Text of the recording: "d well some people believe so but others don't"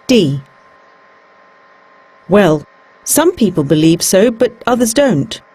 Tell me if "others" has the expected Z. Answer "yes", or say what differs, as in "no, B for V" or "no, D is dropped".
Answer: yes